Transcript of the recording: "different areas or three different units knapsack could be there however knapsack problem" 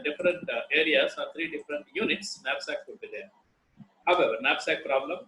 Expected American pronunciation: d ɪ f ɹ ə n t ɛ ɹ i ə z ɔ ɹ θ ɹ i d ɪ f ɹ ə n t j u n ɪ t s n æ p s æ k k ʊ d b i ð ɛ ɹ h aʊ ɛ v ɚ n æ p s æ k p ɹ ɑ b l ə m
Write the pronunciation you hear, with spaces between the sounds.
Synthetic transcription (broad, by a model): d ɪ f ɹ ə n t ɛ ɹ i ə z ɔ ɹ t ɹ i d ɪ f ɹ ə n t j u n ɪ t s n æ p s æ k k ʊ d b i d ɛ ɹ h aʊ ɛ v ɚ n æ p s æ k p ɹ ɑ b l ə m